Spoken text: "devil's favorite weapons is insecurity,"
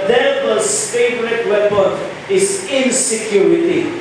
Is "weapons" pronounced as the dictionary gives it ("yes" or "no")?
no